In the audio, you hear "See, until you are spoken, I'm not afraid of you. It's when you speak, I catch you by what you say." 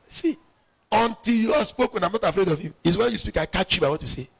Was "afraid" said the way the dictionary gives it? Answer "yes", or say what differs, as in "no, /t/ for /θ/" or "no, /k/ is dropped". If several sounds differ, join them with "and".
yes